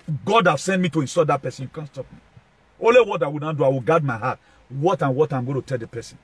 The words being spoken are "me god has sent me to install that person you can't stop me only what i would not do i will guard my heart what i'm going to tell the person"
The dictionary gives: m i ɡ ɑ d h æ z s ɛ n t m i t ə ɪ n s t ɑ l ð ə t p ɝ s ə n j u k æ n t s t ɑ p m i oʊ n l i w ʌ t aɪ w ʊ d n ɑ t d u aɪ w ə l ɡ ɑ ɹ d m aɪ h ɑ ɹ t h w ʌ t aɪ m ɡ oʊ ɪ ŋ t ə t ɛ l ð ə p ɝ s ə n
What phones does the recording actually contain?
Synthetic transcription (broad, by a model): ɡ ɑ d h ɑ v s ɛ n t m i t ə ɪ n s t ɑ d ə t p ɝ s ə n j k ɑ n s t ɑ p m i oʊ n l i w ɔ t aɪ w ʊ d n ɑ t d u aɪ w ə l ɡ ɑ d m aɪ h ɑ w t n w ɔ t aɪ m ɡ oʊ t ə t ɛ l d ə p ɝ s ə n